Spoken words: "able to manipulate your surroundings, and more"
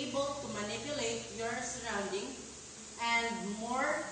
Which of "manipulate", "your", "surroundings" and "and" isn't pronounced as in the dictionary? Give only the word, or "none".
surroundings